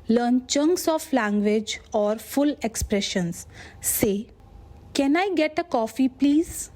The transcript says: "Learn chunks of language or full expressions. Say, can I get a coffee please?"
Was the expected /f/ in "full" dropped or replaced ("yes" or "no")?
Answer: no